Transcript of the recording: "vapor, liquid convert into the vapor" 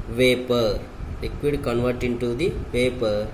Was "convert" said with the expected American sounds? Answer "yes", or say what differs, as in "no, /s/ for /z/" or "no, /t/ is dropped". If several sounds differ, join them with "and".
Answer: yes